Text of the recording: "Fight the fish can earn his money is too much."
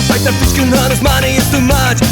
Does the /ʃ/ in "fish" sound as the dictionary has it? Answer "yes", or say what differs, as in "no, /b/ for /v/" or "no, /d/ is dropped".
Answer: no, /s/ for /ʃ/